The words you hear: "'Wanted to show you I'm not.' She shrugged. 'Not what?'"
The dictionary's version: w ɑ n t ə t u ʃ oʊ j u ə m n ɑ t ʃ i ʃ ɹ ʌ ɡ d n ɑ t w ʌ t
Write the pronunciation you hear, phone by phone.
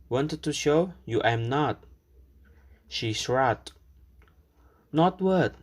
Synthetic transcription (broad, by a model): w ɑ n t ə t u ʃ oʊ j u ə m n ɑ t ʃ i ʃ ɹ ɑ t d n ɑ t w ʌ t